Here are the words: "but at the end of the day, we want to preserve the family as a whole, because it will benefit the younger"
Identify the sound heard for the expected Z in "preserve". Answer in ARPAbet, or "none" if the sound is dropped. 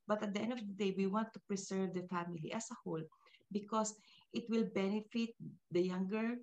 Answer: S